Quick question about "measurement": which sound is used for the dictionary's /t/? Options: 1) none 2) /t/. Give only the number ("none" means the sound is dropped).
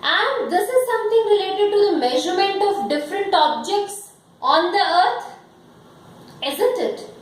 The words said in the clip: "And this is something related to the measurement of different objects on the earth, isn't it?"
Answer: 2